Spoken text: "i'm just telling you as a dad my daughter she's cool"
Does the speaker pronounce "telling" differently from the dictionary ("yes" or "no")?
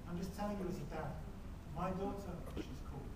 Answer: yes